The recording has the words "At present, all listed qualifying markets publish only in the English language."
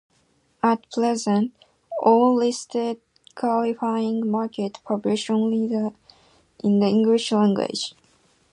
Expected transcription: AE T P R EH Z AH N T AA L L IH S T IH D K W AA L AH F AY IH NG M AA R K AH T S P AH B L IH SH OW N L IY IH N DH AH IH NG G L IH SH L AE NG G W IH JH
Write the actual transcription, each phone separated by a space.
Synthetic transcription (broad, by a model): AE T P L EH Z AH N T AA L L IH S T IH D K W AA L AH F AY IH NG M AA R K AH T P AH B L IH SH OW N L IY IH N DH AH IH NG G L IH SH L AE NG G W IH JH